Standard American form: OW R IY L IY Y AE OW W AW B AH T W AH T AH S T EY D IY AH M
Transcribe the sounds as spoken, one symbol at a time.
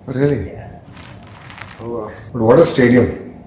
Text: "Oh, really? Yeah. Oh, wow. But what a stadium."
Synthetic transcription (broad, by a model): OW R IY L IY OW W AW B AH T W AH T AH S T EY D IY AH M